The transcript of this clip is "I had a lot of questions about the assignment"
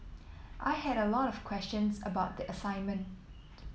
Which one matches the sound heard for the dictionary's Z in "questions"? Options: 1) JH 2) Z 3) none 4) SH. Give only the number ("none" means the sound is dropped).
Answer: 2